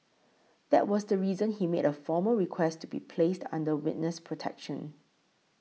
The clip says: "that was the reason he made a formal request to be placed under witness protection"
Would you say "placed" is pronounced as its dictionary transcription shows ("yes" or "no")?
yes